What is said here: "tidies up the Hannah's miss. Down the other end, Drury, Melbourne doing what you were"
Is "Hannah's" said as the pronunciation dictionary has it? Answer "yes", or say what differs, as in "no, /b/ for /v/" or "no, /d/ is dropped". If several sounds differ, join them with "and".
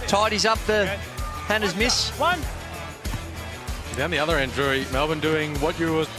yes